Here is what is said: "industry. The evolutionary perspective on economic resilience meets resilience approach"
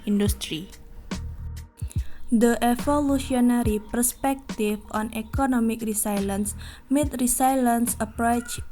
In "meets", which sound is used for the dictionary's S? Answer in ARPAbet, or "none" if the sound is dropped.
none